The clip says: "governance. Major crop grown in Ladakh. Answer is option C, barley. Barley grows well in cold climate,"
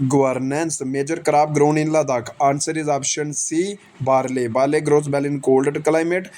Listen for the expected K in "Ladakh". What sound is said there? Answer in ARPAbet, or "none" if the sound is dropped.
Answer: K